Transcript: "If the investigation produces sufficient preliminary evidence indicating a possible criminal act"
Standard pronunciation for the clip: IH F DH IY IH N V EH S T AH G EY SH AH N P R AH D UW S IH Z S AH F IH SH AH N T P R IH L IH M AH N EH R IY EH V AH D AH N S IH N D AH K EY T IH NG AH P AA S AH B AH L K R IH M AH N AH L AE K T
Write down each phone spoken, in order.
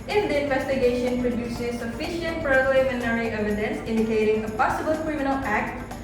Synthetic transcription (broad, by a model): IH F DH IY IH N V EH S T AH G EY SH AH N P R AH D UW S IH Z S AH F IH SH AH N T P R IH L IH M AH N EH R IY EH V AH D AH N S IH N D AH K EY T IH NG AH P AA S AH B AH L K R IH M AH N AH L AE K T